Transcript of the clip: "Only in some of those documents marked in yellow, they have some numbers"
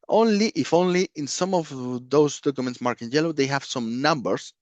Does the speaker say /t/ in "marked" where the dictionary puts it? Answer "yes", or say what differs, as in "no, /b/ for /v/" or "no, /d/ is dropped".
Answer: no, /t/ is dropped